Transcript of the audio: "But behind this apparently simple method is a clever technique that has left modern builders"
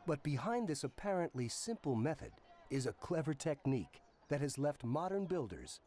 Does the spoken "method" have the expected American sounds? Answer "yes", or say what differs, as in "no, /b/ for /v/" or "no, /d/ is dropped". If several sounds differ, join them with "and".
yes